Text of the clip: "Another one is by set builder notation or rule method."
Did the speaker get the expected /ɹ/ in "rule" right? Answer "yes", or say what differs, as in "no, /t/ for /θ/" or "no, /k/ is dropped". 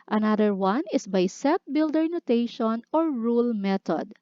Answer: yes